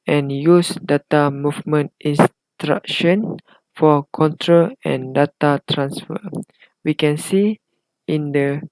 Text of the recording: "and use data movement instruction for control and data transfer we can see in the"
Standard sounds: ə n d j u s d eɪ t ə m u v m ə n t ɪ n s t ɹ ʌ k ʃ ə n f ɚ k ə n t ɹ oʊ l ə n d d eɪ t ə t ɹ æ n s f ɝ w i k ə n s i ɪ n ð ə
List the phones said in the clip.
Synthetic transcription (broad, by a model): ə n j u s d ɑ t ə m u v m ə n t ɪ n s t ɹ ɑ k ʃ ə n f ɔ k ə n t ɹ oʊ l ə n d d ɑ t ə t ɹ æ n s f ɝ w i k ə n s i ɪ n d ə